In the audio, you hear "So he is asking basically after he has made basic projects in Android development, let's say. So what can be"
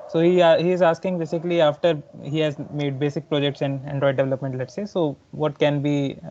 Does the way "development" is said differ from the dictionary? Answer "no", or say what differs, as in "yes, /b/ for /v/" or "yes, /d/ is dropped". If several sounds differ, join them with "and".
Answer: no